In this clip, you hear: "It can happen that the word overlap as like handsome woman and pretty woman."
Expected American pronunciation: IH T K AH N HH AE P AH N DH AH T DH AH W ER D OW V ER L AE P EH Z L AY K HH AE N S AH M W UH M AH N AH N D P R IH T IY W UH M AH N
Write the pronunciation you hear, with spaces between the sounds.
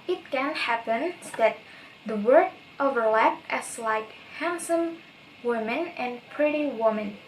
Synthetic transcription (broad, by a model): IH T K AH N HH AE P AH N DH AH T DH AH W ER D OW V ER L AE P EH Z L AY K HH AE N S AH M W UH M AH N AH N P R IH T IY W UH M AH N